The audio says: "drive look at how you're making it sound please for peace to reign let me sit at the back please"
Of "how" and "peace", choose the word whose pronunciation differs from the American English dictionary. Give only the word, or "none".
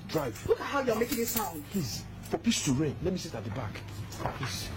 none